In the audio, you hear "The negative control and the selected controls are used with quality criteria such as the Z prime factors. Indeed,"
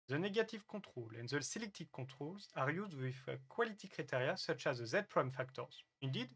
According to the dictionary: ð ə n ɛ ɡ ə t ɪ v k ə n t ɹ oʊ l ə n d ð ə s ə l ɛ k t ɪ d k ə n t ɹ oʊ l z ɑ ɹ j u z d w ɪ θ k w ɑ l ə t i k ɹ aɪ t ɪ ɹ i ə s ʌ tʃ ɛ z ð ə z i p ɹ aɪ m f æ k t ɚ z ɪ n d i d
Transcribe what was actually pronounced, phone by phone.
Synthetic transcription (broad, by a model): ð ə n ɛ ɡ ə t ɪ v k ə t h oʊ l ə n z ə s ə l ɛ k t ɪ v k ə t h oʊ l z ɑ ɹ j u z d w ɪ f k w ɑ l ə t i k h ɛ t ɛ ɹ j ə s ʌ tʃ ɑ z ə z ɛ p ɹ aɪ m f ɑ k t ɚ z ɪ n d i d